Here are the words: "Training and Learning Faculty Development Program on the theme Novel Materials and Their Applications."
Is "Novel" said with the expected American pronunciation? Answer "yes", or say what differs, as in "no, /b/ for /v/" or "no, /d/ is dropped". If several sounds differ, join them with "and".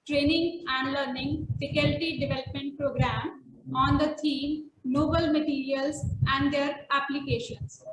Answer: no, /b/ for /v/